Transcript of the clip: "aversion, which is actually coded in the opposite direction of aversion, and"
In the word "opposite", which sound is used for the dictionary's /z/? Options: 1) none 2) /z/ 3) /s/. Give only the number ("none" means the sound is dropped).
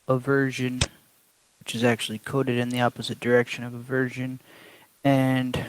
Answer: 2